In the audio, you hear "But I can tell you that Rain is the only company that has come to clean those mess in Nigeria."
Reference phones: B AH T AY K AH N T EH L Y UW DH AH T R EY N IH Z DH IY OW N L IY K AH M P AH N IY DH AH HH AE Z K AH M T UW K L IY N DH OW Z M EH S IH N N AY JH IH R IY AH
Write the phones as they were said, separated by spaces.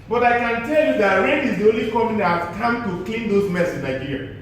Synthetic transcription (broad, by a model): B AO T AY K AH N T EH L Y UW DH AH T W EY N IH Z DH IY OW N L IY K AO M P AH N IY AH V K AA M T UW K L IY N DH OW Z M EH S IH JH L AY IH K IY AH